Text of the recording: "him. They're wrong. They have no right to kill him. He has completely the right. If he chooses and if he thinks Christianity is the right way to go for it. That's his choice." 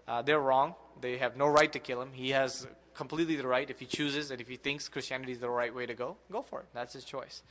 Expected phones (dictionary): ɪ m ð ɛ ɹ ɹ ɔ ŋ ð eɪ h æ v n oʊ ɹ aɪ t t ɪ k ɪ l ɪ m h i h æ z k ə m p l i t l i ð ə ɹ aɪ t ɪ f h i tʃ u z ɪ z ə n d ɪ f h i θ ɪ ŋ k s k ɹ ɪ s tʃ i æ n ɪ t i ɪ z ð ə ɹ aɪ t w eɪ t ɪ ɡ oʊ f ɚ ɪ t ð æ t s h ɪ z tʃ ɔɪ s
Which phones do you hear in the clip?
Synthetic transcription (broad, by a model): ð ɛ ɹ ɹ ɔ ŋ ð eɪ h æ v n oʊ ɹ aɪ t t ɪ k ɪ l ɪ m h i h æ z k ə m p l i t l i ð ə ɹ aɪ t ɪ f h i tʃ u z ɪ z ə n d ɪ f h i θ ɪ ŋ k s k ɹ ɪ s tʃ i æ n ɪ t i ɪ z ð ə ɹ aɪ t w eɪ t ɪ ɡ oʊ f ɚ ɪ t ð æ t s h ɪ z tʃ ɔɪ s